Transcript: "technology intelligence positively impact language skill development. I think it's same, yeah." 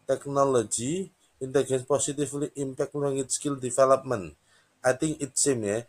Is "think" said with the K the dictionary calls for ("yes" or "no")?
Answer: no